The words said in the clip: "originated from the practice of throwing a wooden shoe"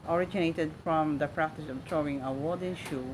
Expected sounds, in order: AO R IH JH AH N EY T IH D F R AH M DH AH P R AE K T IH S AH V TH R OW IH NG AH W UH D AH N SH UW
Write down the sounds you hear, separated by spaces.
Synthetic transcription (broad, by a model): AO R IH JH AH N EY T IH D F R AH M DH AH P R AE K T IH S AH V T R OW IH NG AH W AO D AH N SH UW